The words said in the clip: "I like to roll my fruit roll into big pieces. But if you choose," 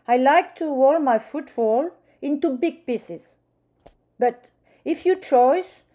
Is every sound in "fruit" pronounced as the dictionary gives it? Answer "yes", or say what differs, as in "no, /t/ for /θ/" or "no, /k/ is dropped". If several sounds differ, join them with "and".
no, /ɹ/ is dropped